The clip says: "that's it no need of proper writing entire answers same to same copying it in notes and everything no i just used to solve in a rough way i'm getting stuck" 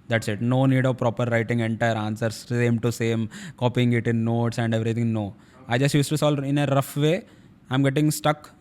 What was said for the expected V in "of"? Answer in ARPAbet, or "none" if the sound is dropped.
V